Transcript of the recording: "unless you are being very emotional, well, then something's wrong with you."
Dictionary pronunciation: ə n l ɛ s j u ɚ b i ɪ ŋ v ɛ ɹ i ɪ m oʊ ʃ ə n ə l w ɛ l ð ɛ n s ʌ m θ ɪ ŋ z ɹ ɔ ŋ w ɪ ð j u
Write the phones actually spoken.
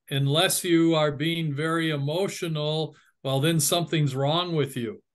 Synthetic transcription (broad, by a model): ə n l ɛ s j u ɚ b i ɪ ŋ v ɛ ɹ i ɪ m oʊ ʃ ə n l w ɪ l ð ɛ n s ʌ m θ ɪ ŋ z ɹ ɔ ŋ w ɪ ð j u